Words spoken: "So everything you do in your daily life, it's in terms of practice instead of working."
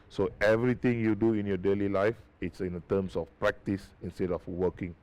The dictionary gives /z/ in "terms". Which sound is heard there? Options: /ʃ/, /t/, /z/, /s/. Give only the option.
/s/